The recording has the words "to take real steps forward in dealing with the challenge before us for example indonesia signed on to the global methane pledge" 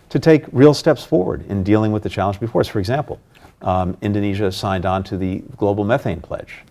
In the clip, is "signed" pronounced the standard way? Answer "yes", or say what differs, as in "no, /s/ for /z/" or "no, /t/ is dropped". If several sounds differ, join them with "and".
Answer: yes